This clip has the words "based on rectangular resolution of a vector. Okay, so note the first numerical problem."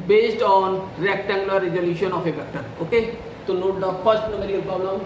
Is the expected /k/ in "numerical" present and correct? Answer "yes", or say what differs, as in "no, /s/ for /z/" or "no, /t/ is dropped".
no, /k/ is dropped